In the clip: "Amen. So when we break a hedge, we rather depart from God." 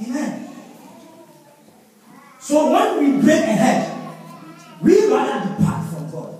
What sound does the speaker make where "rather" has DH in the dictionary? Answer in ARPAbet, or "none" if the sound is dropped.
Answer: none